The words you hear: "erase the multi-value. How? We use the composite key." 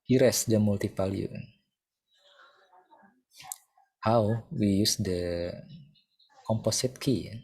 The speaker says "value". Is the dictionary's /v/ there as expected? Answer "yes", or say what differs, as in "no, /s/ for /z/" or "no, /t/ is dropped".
no, /p/ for /v/